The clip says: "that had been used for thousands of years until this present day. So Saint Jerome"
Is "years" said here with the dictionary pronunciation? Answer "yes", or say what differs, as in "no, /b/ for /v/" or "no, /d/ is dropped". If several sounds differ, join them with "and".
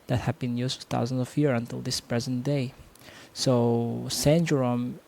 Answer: no, /z/ is dropped